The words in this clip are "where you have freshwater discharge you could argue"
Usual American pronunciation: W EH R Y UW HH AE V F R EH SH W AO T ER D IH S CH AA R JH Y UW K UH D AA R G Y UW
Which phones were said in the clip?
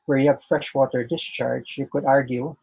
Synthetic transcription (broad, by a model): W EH R Y UW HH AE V F R EH SH W AO T ER D IH S CH AA R JH Y UW K UH D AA R G Y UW